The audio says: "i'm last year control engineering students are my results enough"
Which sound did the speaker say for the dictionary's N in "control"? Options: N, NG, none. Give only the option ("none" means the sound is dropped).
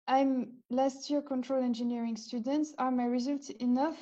N